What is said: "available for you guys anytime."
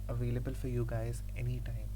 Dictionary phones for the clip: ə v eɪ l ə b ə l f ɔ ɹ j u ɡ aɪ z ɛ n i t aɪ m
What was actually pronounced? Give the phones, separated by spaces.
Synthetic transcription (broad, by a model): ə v eɪ l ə b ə l f ɔ ɹ j u ɡ aɪ z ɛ n i t aɪ m